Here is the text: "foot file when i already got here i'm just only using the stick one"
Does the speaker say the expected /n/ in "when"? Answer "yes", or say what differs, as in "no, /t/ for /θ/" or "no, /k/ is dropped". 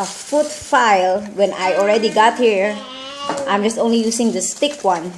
yes